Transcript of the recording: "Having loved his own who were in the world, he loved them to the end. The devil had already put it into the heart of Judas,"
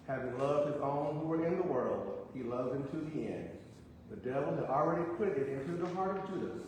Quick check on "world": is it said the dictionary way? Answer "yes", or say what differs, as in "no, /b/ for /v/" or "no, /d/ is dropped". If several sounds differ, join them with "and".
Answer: yes